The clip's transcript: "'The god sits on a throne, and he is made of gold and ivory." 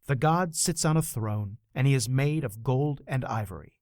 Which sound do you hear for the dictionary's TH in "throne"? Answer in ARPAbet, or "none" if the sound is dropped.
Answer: TH